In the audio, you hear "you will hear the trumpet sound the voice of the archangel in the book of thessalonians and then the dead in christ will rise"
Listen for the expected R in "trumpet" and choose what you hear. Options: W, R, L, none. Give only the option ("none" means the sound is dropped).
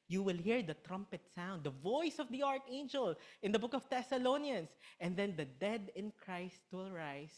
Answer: R